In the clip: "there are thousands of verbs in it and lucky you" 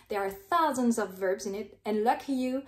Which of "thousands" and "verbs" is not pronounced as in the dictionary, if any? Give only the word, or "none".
none